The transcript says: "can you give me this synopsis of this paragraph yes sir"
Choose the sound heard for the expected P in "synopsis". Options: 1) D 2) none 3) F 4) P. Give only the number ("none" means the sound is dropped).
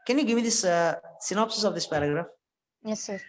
4